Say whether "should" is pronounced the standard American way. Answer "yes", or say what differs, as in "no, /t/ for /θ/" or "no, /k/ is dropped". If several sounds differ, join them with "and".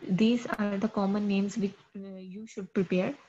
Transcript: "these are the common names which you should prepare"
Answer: yes